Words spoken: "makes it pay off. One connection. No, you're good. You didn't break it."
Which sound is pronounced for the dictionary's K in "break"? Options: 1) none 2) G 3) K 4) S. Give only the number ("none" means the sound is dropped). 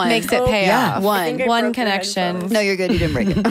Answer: 1